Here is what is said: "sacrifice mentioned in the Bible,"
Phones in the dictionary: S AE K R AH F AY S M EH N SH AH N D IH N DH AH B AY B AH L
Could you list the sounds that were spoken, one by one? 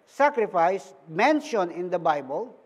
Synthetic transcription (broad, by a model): S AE K R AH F AY S M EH N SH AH N IH N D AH B AY B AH L